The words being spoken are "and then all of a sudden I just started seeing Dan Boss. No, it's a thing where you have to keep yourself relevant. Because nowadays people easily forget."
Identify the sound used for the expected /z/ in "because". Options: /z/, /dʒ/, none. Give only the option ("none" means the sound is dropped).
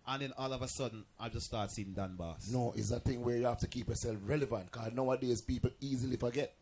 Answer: none